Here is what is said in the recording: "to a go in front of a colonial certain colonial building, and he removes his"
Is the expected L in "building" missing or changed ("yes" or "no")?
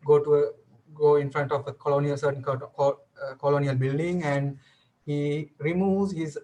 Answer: no